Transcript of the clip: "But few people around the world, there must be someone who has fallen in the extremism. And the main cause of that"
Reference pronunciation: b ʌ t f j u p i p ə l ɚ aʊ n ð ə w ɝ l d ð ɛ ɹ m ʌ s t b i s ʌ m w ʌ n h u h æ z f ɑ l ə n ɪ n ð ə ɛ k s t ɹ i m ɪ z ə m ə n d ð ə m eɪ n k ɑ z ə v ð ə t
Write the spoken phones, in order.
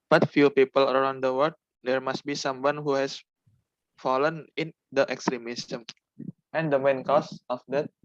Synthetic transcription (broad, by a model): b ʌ t f j u p i p ə l ɚ aʊ n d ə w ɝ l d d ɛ ɹ m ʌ s t b i s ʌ m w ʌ n h u h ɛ s f ɑ l ə n ɪ n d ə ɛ k s t ɹ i m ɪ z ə m ə n d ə m eɪ n k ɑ s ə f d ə t